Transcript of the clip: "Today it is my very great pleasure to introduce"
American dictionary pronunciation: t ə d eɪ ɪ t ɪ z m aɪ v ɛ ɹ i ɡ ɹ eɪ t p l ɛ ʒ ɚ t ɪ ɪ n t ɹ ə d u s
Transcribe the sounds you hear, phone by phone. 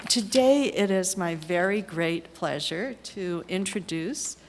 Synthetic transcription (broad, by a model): t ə d eɪ ɪ t ɪ z m aɪ v ɛ ɹ i ɡ ɹ eɪ t p l ɛ ʒ ɚ t ɪ ɪ n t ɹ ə d u s